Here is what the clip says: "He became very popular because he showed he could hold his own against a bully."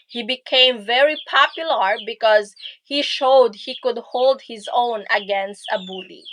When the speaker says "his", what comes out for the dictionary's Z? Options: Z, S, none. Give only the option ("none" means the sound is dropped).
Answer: Z